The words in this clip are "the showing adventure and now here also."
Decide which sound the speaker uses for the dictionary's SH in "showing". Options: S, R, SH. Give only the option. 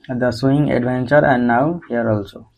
S